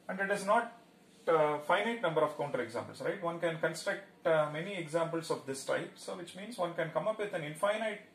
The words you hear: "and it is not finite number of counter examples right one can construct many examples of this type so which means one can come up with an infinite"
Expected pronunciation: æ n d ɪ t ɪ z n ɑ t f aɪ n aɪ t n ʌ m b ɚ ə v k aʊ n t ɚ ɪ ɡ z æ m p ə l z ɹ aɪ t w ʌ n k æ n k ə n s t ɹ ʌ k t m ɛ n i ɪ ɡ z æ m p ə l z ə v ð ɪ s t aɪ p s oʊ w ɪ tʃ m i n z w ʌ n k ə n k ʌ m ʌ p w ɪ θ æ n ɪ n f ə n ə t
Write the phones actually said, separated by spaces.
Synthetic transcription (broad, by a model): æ n d ɪ t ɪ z n ɑ t f aɪ n aɪ t n ʌ m b ɚ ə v k aʊ n t ɚ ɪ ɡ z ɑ m p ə l s ɹ aɪ t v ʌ n k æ n k ə n s t ɹ ʌ k t m ɛ n i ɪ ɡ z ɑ m p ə l s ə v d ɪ s t aɪ p s oʊ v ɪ tʃ m i n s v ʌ n k ə n k ʌ m ʌ p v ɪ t æ n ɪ n f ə n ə t